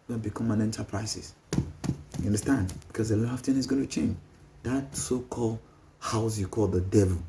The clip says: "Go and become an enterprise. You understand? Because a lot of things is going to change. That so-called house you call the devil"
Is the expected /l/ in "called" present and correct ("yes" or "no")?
yes